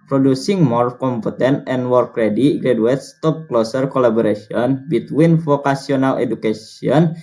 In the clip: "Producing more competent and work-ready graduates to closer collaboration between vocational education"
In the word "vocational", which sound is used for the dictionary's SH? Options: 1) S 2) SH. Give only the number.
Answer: 1